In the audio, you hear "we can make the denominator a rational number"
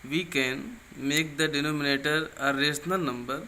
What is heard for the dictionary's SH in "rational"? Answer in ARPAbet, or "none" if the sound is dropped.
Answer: S